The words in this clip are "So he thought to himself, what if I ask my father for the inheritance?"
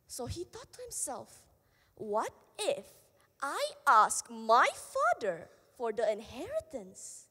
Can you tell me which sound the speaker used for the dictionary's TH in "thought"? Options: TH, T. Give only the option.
T